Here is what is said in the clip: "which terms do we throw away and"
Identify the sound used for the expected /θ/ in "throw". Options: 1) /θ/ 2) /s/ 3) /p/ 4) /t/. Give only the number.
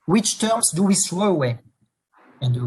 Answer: 2